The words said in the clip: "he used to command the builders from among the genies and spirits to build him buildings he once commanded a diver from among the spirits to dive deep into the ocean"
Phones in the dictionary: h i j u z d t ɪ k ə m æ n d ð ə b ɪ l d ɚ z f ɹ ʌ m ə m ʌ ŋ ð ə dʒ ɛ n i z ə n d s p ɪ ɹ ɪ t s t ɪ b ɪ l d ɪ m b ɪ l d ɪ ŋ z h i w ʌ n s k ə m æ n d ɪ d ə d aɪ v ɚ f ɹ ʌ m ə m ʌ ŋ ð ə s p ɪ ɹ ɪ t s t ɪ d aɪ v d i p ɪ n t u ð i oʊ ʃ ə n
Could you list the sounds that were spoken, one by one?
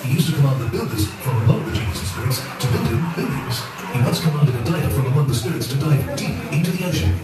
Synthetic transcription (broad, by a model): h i j u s t ɪ k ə m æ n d ð ə b ɪ l d ɚ z f ɹ ʌ m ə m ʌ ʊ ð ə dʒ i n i s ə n s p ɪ ɹ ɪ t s t ɪ b ɪ l d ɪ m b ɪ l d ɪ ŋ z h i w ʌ s k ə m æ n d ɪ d ə d aɪ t f ɹ ʌ m ə m ʌ ŋ ð ə s p ɪ ɹ ɪ t s t ɪ d aɪ v d i p ɪ n t u ð i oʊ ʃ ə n